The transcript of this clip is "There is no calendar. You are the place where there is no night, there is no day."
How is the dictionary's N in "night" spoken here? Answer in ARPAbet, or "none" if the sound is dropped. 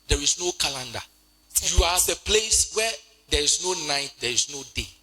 N